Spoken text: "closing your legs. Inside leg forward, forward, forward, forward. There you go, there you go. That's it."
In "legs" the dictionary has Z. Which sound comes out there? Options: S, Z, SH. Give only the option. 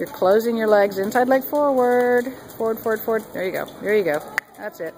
Z